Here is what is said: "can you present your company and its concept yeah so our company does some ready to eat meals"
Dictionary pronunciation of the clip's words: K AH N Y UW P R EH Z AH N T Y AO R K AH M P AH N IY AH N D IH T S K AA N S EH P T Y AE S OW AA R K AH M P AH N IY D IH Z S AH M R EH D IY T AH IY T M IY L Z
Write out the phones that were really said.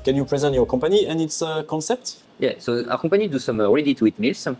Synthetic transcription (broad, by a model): K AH N Y UW P R EH Z AH N T Y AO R K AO P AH N IY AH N IH T S K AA S EH P T Y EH S OW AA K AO P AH N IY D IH S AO M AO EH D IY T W IY T M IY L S